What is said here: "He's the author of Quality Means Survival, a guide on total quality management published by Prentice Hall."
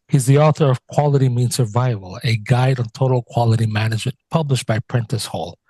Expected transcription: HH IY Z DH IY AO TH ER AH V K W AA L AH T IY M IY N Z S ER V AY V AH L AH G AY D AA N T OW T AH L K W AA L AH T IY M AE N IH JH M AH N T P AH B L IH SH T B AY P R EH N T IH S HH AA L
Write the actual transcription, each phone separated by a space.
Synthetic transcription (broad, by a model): HH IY Z DH IY AO TH ER AH V K W AA L AH T IY M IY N S ER V AY V AH L AH G AY D N T OW T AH L K W AA L AH T IY M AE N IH JH M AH N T P AH B L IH SH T B AY P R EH N T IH S HH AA L